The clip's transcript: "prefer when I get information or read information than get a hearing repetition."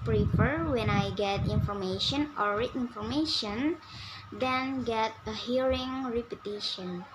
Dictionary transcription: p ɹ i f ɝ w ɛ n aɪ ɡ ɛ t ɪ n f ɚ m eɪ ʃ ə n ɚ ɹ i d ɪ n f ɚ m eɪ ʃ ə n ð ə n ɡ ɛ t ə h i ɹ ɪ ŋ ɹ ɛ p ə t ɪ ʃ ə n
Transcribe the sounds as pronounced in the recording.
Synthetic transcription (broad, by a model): p ɹ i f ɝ w ɛ n aɪ ɡ ɛ t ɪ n f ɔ m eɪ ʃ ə n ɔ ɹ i ɪ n f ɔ m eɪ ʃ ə n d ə n ɡ ɛ t ə h i ɹ ɪ ŋ ɹ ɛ p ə t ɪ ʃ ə n